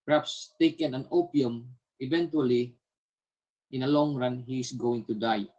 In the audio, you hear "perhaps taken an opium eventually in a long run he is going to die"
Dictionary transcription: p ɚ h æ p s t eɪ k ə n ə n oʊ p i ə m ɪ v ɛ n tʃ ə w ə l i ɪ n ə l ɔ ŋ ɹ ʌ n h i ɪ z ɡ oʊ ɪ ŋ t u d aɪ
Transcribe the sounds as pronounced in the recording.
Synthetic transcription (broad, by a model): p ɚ h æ p s t eɪ k ə n ə n oʊ p i ə m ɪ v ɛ n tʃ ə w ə l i ɪ n ə l ɔ ŋ ɹ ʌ n h i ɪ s ɡ oʊ ɪ ŋ t u d aɪ